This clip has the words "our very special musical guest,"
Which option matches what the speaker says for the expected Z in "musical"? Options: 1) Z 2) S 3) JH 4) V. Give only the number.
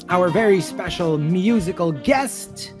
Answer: 1